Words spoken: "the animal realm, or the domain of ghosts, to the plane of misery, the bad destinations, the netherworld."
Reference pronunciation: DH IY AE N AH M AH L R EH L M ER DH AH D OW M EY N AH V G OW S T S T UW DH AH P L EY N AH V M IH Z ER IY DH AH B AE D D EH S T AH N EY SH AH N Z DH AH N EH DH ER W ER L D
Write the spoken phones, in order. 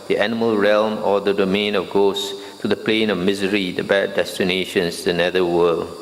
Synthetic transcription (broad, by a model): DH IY AE N AH M AH L R EH L M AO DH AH D OW M EY N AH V G OW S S T UW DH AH P L EY N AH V M IH Z ER IY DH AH B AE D D EH S T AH N EY SH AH N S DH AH N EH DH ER W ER L